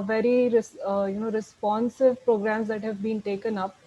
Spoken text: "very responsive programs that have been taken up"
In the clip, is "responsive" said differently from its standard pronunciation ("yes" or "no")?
no